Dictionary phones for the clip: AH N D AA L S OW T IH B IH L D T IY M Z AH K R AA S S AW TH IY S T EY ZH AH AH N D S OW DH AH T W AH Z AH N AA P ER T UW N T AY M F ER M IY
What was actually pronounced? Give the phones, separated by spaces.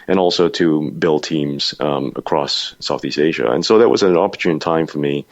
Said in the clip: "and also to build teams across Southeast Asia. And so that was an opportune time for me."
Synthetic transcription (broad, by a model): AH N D AA L S OW T IH B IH L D T IY M Z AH K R AA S S AW TH IY S T EY ZH AH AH N S OW DH AH T W AH Z AH N AA P ER T UW N T AY M F ER M IY